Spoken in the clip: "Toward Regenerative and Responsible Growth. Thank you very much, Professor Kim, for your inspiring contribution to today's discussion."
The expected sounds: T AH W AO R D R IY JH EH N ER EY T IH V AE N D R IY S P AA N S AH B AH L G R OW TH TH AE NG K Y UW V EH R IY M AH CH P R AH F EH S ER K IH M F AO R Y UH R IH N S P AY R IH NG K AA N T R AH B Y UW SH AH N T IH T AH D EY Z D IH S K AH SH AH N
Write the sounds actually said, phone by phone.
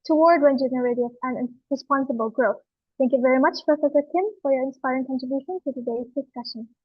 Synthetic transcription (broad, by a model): T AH W AO R D W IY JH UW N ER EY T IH P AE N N R IY S P AA N S AH B AH L G R OW TH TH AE NG K Y UW V EH R IY M AH CH P R AH F EH S ER K IH M F AO R Y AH R IH N S P AY R IH NG K AA N T R AH B Y UW SH AH N T IH T AH D EY Z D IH S K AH SH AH N